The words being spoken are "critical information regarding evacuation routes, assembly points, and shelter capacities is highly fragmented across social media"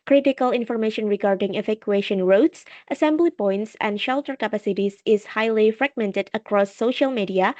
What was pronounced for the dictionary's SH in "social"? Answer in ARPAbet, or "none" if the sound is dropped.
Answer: SH